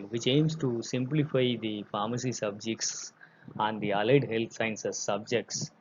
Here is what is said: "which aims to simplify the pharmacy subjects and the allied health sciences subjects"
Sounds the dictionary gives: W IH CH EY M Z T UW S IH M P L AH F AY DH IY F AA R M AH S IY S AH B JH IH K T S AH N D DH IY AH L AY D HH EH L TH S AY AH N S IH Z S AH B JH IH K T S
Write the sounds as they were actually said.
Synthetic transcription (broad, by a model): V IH CH EY M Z T UW S IH M P L AH F AY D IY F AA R M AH S IY S AH B JH IH K T S AH N D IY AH L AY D HH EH L T S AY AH N S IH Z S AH B JH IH K T S